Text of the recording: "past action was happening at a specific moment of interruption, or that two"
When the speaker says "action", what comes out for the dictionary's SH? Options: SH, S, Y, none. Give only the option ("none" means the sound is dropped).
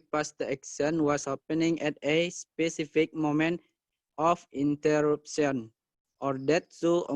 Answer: S